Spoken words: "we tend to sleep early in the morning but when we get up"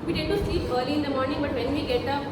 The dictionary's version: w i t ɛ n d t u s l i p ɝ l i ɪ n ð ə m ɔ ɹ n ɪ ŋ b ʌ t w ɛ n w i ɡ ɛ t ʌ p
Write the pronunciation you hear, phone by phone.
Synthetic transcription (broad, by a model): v i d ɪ d t u s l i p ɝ l i ɪ n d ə m ɔ ɹ n ɪ ŋ b ʌ t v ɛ n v i ɡ ɛ t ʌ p